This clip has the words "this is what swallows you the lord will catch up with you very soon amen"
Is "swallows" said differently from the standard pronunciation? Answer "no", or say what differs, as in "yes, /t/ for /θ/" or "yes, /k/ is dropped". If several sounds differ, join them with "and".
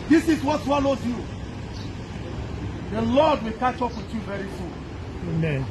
yes, /n/ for /l/